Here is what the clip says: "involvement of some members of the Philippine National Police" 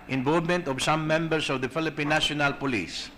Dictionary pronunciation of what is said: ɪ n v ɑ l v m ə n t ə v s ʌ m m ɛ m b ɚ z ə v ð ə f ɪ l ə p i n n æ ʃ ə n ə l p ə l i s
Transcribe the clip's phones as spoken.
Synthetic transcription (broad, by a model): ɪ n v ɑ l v m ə n t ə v s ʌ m m ɛ m b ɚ s ə v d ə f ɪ l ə p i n n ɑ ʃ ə n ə l p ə l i s